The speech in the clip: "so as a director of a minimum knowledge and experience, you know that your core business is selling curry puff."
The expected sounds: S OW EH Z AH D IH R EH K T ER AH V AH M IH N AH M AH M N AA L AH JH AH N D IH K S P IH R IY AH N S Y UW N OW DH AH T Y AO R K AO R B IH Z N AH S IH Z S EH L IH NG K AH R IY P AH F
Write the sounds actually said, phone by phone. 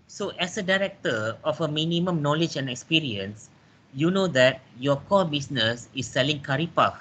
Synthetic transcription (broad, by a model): S OW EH S AH D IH R EH K T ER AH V AH M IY N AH M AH M N AA L AH JH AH N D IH K S P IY R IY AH N S Y UW N OW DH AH T Y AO K AO L B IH S N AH S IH S EH L IH NG K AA R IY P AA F